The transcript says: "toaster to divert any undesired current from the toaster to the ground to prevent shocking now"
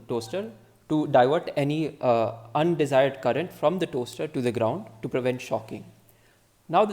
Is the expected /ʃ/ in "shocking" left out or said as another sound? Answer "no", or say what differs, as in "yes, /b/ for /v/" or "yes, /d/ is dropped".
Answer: no